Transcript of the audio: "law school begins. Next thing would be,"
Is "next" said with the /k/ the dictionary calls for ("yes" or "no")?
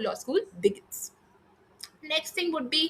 yes